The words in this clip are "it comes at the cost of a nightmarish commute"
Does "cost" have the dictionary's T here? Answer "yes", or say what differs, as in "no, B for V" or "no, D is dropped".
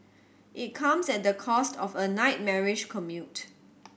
yes